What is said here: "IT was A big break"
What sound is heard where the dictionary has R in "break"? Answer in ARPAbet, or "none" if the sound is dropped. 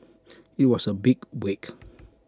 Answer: none